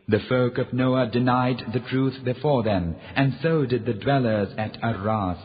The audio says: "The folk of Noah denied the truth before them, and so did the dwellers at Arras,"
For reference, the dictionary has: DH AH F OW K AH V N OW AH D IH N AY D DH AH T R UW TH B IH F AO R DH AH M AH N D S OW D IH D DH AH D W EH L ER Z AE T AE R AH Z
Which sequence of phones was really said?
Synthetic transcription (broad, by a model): DH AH F OW K AH V N OW AH D IH N AY D DH AH T R UW TH B IH F AO R DH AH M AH N S OW D IH D DH AH D W EH L ER Z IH T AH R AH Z